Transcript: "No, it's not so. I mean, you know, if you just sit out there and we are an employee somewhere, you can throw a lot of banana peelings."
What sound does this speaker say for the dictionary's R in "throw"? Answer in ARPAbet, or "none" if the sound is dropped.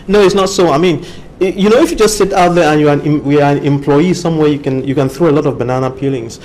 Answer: R